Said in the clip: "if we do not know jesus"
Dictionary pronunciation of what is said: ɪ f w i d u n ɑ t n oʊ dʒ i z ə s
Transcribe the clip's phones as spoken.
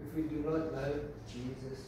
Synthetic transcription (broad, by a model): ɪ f w i d u n ɑ t l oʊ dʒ i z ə s